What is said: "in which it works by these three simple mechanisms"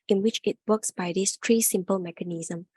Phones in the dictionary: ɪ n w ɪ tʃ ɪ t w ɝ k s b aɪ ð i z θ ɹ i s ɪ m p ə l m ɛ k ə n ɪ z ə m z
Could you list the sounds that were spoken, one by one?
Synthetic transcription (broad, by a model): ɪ n w ɪ tʃ ɪ t w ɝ k s b aɪ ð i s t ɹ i s ɪ m p ə l m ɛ k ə n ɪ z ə m